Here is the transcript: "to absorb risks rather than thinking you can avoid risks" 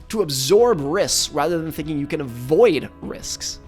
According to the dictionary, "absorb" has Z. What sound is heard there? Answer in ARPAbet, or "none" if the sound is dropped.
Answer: Z